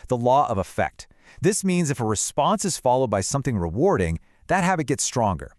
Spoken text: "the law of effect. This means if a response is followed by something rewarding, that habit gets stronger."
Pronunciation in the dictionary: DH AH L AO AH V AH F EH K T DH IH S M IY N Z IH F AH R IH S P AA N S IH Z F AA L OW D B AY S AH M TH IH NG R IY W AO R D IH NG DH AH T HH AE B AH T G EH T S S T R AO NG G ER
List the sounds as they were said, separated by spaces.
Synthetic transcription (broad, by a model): DH AH L AO AH V AH F EH K T DH IH S M IY N Z IH F AH R IH S P AA N S IH Z F AA L OW D B AY S AH M TH IH NG R IY W AO R D IH NG DH AH T HH AE B AH T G EH T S S T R AO NG G ER